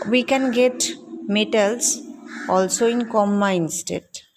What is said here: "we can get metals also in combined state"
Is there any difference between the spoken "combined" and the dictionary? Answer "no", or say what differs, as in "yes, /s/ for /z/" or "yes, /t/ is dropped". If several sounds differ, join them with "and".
yes, /b/ is dropped